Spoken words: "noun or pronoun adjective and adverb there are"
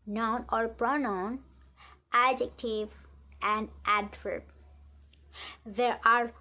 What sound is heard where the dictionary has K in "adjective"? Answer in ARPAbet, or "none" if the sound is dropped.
K